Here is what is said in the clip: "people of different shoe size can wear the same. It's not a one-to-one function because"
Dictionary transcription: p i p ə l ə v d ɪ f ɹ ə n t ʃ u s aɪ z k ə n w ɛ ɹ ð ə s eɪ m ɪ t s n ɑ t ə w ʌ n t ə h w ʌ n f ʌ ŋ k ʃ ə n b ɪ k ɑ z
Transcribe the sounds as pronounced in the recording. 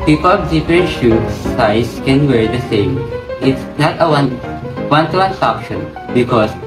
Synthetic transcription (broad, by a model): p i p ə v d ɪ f ɹ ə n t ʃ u s aɪ s k ə n w ɛ ɹ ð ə s eɪ m ɪ t s n ɑ t ə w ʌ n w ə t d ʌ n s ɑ k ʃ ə n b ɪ k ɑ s